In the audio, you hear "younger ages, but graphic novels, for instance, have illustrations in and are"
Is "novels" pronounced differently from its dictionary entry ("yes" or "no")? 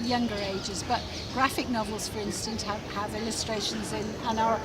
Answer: no